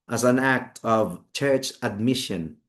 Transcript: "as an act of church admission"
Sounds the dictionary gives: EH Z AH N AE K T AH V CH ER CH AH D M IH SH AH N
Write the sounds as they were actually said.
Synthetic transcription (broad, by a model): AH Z AH N AE K T AH V CH ER CH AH D M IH SH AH N